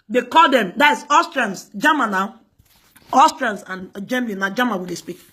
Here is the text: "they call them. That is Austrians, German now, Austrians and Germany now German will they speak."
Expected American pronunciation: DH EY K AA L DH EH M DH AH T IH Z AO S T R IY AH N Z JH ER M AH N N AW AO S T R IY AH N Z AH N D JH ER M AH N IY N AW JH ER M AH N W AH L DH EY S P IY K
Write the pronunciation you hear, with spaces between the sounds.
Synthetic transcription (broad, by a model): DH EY K AA L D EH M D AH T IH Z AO S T R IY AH N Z JH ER M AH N N AW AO S T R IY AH N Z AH N JH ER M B L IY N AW JH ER M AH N W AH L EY S P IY K